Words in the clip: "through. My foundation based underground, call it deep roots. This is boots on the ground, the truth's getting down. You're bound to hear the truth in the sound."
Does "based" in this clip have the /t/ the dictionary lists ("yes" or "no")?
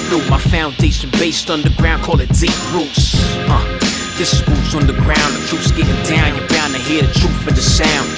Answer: yes